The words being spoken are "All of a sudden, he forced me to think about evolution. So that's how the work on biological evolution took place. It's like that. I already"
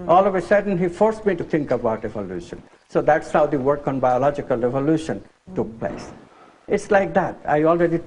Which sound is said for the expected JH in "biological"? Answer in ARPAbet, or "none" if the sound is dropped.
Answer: JH